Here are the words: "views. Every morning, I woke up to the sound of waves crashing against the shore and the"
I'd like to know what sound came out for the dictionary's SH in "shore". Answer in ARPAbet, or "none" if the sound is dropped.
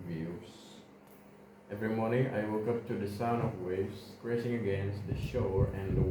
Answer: SH